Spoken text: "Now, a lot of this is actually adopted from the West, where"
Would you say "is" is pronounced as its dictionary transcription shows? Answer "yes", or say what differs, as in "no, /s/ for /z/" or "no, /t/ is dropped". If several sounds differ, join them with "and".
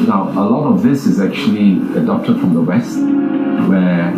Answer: yes